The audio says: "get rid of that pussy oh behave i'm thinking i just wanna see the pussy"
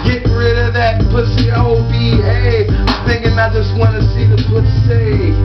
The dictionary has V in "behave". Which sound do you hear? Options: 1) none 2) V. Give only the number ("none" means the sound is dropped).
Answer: 1